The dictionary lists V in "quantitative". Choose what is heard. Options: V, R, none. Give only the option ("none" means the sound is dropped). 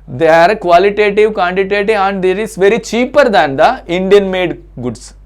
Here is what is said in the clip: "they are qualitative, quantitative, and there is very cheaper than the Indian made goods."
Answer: none